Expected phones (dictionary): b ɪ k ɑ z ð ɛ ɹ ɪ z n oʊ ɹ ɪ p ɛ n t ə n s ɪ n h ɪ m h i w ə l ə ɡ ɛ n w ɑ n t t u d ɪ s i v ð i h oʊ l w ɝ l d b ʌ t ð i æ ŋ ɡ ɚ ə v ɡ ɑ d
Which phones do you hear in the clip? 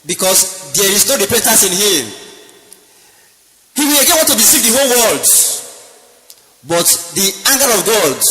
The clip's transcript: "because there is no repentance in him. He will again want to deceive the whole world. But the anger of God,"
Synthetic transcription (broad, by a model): b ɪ k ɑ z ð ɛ ɹ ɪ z n oʊ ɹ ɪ p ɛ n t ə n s ɪ n h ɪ m h i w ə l ə ɡ ɛ n w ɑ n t t u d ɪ s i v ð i h oʊ l w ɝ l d b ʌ t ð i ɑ ŋ ɡ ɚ ə v ɡ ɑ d